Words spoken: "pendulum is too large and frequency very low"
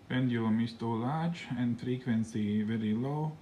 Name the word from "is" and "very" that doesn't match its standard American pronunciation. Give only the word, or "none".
is